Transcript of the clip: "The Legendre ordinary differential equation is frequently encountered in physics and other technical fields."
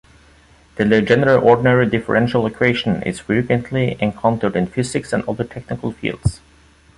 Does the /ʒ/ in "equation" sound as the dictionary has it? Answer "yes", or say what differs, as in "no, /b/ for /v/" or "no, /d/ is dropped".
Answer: no, /ʃ/ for /ʒ/